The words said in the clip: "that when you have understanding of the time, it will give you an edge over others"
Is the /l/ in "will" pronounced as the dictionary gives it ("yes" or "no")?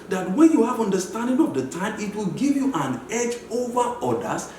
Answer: yes